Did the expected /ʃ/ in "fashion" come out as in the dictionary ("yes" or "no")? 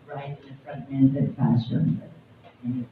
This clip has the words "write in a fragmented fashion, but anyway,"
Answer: no